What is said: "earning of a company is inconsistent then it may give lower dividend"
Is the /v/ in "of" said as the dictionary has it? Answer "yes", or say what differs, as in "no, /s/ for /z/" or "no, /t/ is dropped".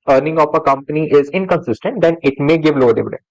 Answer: no, /p/ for /v/